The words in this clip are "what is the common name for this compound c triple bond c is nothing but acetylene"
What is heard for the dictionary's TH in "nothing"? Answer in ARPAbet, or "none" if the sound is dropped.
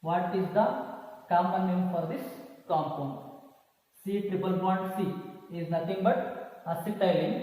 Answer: T